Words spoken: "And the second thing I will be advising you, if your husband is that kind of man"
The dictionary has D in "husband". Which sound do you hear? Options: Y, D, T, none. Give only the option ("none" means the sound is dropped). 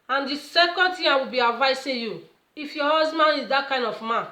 none